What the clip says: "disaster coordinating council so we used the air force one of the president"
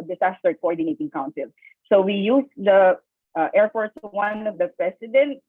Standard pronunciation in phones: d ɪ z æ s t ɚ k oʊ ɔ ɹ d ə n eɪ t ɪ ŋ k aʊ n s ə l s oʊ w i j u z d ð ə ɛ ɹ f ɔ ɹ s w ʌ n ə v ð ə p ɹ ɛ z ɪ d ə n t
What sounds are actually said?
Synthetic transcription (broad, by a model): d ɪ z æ s t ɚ k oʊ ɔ ɹ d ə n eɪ t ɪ ŋ k aʊ n s ə l s oʊ w i j u s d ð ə ɛ ɹ p ɔ ɹ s w ʌ n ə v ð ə p ɹ ɛ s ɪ d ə n t